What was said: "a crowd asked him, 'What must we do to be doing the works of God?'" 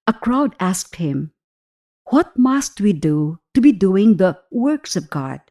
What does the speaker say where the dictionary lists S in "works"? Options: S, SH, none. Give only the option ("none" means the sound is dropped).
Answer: S